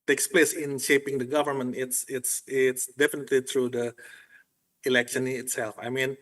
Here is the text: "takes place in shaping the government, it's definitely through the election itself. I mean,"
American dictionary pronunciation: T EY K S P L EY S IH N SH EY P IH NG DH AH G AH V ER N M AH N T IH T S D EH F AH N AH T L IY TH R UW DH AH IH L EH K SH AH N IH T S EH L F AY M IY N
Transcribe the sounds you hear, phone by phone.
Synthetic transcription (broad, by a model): T EY K S P L EY S IH N SH EY P IH NG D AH G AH V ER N M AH N T IH T S D EH F AH N AH T L IY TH R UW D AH IH L EH K SH AH N IH T S EH L F AY M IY N